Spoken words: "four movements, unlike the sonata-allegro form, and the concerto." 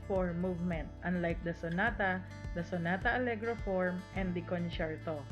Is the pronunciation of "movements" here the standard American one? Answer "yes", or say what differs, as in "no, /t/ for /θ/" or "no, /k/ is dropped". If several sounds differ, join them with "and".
no, /s/ is dropped